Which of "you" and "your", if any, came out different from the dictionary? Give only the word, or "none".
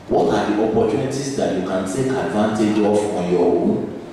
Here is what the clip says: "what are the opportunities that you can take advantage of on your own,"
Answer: your